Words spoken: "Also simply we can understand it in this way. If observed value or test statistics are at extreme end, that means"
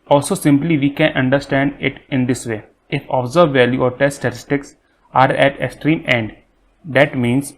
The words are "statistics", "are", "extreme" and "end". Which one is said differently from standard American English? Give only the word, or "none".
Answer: none